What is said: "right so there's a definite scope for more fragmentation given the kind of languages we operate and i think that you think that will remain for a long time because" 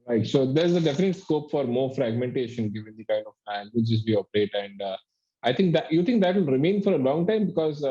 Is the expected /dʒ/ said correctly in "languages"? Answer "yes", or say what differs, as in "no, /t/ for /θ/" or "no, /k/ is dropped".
no, /tʃ/ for /dʒ/